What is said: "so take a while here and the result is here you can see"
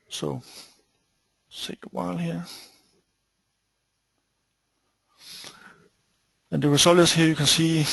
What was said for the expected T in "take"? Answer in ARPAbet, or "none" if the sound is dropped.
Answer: S